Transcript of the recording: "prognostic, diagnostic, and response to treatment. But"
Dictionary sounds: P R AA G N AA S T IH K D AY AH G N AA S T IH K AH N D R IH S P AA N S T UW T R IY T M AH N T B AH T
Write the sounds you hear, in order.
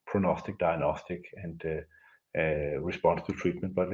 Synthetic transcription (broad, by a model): P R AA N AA S T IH K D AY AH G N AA S T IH K AH N D R IH S P AA N S T UW T R IY T M AH N T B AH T